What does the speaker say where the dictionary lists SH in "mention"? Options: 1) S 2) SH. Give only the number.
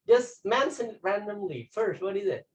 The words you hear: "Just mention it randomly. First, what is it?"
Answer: 1